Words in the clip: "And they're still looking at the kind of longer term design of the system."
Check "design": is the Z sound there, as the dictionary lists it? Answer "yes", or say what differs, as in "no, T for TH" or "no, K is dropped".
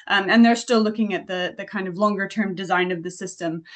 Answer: yes